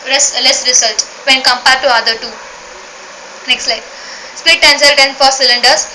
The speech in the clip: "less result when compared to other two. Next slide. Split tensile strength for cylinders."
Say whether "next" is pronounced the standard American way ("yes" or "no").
yes